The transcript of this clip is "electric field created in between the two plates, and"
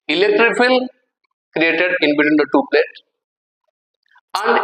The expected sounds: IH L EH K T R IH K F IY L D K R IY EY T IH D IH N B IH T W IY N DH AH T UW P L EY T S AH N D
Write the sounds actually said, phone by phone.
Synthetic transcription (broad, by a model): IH L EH K T R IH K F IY L K R IY EY T IH D IH N B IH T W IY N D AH T UW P L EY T AH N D